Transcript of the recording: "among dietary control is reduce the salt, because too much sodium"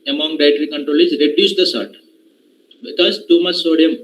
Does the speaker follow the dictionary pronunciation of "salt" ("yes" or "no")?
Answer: no